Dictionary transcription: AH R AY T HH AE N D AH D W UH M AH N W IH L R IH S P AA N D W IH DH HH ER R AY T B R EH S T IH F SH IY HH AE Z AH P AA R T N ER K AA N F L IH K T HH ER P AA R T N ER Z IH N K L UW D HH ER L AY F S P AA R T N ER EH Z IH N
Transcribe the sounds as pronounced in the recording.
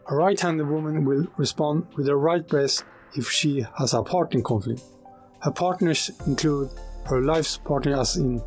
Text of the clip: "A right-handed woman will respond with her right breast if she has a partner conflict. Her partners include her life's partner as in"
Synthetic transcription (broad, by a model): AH R AY T HH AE N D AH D W UH M AH N W IH L R IH S P AA N D W IH DH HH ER R AY T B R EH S IH F SH IY HH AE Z AH P AA R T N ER K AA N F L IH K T HH ER P AA R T N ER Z IH N K L UW D HH ER L AY F S P AA R T N ER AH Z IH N